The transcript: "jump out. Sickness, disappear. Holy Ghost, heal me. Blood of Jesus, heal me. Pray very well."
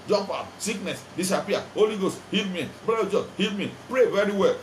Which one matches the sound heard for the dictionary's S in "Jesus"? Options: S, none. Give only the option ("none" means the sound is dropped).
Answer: none